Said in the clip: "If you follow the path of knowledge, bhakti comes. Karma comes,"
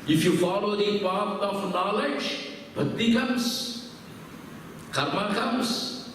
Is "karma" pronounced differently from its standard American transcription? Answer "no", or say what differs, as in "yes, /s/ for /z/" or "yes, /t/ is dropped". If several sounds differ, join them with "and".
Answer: no